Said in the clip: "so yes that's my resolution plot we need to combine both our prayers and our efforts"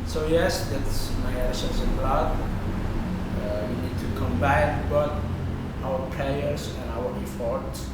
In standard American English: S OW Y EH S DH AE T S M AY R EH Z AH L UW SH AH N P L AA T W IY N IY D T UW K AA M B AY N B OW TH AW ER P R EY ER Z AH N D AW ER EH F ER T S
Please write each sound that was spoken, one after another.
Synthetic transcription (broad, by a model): S OW Y EH S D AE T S M AY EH S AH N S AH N B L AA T W IY N IY D T UW K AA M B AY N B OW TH AW ER P R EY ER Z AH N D AW ER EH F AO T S